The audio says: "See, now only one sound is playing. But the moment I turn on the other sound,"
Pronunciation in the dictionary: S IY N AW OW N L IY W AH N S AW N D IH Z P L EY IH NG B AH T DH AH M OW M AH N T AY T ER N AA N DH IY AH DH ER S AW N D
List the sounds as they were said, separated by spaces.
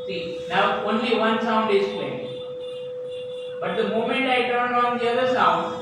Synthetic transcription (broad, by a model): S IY N AW OW N L IY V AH N S AW N D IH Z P EY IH B AH T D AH M OW M AH N T AY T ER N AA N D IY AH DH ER S AW N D